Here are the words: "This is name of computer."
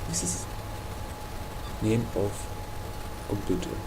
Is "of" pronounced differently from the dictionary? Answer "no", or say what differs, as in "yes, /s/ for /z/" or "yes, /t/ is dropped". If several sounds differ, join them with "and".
yes, /f/ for /v/